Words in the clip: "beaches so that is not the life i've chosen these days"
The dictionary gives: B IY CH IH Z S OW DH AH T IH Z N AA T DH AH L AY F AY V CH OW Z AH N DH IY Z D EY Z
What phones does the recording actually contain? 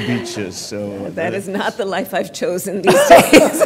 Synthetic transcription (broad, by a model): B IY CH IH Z S OW DH AH T IH Z N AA T DH AH L AY F AY V CH OW Z AH N DH IY Z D EY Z